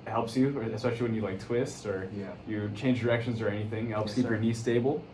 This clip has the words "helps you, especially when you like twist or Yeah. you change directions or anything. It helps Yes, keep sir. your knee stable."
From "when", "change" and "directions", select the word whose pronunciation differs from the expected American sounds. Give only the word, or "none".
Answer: none